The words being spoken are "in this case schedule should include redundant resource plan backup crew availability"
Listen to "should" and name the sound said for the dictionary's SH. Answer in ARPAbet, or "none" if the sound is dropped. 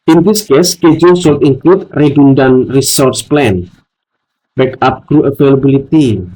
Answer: S